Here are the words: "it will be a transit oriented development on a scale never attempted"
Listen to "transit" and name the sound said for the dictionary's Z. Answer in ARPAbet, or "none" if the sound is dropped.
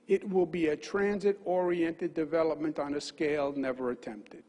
Z